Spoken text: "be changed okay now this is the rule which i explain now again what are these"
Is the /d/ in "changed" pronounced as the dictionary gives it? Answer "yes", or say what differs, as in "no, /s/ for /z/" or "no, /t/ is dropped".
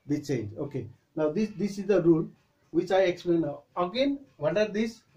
no, /d/ is dropped